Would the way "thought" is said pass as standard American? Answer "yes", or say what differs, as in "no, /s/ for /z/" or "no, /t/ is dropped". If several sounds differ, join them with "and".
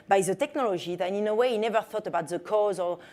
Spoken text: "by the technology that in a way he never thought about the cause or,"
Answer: yes